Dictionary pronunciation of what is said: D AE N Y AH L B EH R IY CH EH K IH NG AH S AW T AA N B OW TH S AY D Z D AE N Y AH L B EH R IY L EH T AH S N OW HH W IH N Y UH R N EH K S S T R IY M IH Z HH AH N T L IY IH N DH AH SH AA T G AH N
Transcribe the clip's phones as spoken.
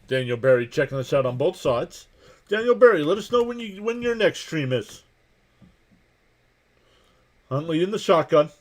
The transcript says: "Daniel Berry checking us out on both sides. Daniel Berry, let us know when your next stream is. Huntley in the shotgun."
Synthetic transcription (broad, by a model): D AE N Y L B EH R IY CH EH K IH NG AH S AW T N B OW TH S AY D Z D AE N Y L B EH R IY L EH T AH S N OW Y W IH N Y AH R N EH K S S T R IY M IH Z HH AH N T L IY IH N DH AH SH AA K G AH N